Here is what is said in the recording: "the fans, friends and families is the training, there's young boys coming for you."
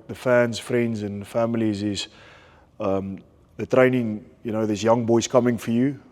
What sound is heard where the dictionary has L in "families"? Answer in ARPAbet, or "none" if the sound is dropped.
L